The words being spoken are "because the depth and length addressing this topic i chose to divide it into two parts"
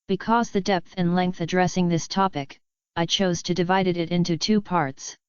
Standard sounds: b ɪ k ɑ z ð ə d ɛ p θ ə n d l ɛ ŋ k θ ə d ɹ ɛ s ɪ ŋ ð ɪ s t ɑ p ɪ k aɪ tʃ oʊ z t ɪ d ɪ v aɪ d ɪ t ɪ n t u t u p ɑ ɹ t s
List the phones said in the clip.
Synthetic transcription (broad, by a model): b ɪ k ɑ z ð ə d ɛ p θ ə n l ɛ ŋ k θ ə d ɹ ɛ s ɪ ŋ ð ɪ s t ɑ p ɪ k aɪ tʃ oʊ z t ɪ d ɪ v aɪ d ɪ t ɪ n t u t u p ɑ ɹ t s